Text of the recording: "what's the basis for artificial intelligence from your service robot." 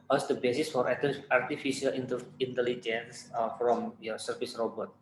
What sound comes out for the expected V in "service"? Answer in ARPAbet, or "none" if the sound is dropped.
F